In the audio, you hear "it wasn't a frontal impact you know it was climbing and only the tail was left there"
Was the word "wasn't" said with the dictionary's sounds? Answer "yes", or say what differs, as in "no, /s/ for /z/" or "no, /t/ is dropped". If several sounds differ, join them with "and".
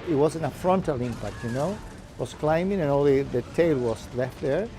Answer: no, /t/ is dropped